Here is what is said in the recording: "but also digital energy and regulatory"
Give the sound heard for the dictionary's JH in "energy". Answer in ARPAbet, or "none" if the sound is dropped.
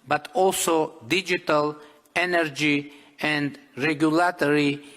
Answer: JH